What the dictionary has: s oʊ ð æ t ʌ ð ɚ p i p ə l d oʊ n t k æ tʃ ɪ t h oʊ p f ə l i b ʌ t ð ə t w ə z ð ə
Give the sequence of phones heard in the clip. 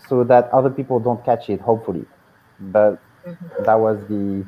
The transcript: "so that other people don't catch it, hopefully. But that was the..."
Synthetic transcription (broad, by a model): s oʊ ð æ t ʌ ð ɚ p i p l d oʊ n t k æ tʃ ɪ t h oʊ p f ə l i b ʌ t ð ə t w ə z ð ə